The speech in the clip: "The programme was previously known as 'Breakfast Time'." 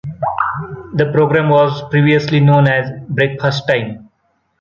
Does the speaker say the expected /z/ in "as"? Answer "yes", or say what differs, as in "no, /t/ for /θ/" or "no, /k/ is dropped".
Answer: yes